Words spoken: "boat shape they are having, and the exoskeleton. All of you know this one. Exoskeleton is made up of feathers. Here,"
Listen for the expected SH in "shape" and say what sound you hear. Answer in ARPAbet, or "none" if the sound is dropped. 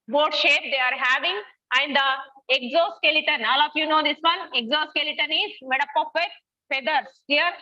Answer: SH